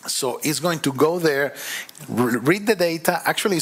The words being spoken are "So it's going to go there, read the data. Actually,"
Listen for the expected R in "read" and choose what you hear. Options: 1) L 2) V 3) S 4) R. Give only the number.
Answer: 4